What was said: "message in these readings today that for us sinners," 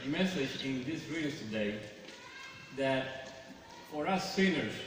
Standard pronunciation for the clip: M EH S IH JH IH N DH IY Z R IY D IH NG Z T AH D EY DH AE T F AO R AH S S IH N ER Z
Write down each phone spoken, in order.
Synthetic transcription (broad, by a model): M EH S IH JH IH N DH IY S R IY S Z T AH D EY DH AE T F AO R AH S S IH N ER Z